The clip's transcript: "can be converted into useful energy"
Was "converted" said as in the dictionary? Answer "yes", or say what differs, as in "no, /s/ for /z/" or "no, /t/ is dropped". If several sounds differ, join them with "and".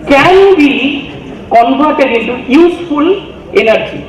no, /b/ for /v/